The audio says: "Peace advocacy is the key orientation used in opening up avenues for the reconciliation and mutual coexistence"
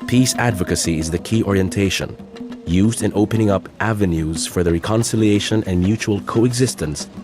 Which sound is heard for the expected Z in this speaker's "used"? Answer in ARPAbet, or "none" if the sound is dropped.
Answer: Z